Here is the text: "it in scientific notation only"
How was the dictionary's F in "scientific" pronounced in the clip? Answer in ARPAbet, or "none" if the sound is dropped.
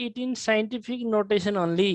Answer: P